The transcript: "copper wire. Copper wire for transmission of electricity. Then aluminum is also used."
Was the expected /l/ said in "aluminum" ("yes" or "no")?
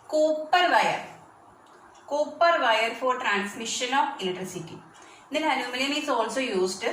no